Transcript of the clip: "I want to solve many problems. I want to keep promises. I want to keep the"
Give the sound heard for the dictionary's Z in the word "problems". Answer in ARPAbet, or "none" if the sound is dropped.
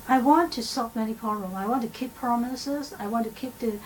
none